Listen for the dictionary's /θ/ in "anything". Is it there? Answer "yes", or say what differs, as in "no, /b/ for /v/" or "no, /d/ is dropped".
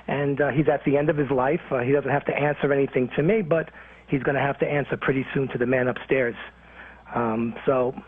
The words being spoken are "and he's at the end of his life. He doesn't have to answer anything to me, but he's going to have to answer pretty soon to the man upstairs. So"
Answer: yes